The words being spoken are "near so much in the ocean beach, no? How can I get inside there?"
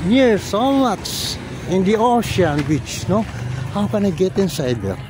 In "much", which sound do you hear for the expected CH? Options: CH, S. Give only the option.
S